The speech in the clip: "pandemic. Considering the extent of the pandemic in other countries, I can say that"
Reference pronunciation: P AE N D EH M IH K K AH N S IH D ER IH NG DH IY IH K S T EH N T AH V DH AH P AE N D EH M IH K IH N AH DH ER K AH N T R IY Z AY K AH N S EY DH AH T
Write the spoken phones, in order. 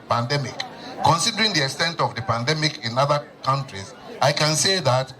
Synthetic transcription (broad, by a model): P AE N D EH M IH K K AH N S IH D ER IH NG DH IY IH K S T EH N T AH V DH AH P AE N D EH M IH K IH N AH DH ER K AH N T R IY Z AY K AH N S EY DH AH T